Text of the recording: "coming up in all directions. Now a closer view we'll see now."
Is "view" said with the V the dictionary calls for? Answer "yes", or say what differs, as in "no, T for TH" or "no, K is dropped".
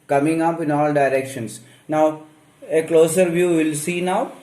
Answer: yes